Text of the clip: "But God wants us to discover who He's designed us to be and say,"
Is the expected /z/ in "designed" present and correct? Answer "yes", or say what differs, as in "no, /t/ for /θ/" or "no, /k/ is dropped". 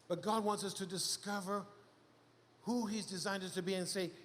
yes